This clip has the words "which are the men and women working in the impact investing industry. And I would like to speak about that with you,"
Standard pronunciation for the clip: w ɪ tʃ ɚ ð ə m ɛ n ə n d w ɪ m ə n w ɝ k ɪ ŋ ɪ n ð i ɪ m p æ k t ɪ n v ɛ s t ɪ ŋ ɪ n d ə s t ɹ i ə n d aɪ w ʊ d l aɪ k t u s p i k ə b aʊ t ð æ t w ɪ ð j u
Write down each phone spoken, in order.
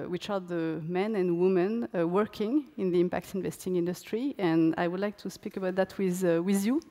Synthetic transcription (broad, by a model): w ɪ tʃ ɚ ð ə m ɛ n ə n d w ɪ m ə n w ɝ k ɪ ŋ ɪ n ð i ɪ m p æ k t ɪ n v ɛ s t ɪ ŋ ɪ n d ə s t ɹ i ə n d aɪ w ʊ d l aɪ k t u s p i k ə b aʊ t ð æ t w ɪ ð j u